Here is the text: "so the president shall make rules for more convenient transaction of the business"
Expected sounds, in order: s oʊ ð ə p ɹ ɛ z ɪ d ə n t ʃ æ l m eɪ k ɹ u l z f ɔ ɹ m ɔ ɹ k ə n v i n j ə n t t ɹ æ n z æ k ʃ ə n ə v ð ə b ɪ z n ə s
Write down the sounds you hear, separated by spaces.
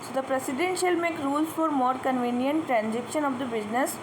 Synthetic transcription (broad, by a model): s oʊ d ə p ɹ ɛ s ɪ d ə n t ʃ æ l m eɪ k ɹ u l s f ɔ ɹ m ɔ ɹ k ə n v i n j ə n t t ɹ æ n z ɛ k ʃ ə n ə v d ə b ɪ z n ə s